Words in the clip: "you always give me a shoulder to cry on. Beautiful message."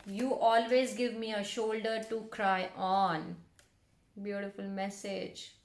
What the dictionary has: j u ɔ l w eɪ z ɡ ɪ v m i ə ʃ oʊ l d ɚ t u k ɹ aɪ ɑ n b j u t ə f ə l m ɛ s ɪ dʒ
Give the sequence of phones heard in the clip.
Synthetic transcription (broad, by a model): j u ɔ l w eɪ z ɡ ɪ v m i ə ʃ oʊ l d ɚ t u k ɹ aɪ ɑ n b j u t ə f ə l m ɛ s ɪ dʒ